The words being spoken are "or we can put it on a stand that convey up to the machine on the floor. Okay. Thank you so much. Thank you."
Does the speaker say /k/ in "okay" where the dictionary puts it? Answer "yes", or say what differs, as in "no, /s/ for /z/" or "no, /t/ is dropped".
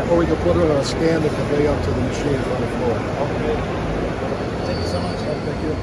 no, /k/ is dropped